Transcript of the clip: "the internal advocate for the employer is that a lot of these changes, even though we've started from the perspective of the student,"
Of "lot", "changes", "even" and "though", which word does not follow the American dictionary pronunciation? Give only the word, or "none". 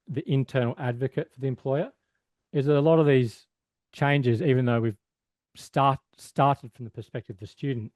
none